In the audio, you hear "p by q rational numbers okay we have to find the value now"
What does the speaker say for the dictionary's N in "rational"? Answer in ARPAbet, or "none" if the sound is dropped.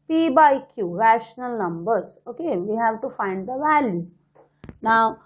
N